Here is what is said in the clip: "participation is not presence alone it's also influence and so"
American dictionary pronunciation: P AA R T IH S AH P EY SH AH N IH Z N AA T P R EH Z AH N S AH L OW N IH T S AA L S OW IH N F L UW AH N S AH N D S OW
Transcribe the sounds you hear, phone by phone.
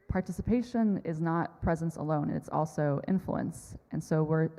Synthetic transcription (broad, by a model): P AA R T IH S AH P EY SH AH N IH Z N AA T P R EH Z AH N S AH L OW N IH T S AA L S OW IH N F L UW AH N S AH N S OW